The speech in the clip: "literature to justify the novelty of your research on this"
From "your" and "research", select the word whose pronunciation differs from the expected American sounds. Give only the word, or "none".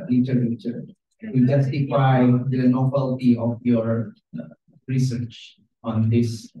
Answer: none